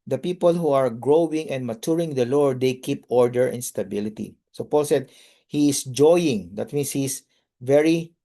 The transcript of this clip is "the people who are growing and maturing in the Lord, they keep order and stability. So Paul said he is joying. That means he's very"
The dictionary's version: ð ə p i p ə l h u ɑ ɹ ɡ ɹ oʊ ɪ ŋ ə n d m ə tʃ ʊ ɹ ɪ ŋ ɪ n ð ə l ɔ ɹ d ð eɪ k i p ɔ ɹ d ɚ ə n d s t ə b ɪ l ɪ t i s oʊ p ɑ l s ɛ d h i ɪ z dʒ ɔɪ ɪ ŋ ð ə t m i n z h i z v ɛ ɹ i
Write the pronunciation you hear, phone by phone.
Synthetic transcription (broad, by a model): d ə p i p ə l h u ɑ ɹ ɡ ɹ oʊ ɪ ŋ ə n d m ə tʃ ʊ ɹ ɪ ŋ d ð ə l ɔ ɹ d eɪ k i p ɔ ɹ d ɚ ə n s t ə b ɪ l ɪ t i s oʊ p ɑ l s ɛ d h i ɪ s dʒ ɔɪ ɪ ŋ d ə t m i n s h i s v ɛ ɹ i